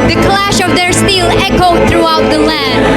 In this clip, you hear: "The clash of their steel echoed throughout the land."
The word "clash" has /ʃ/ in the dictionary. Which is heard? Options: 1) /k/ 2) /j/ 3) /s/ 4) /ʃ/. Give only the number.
4